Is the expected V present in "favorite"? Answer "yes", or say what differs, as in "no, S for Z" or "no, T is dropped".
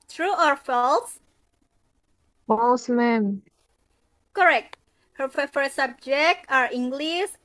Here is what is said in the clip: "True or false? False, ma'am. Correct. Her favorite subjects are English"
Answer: no, F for V